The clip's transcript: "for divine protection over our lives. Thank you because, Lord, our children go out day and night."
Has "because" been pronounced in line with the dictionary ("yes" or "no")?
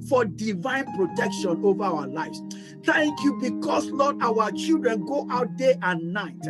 no